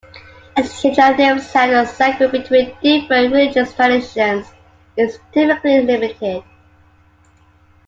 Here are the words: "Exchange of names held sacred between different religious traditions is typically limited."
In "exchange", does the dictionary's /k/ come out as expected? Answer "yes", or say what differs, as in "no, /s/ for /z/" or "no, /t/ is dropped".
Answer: no, /k/ is dropped